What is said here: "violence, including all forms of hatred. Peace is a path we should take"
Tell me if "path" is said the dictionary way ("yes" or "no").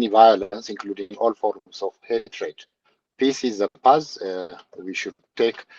no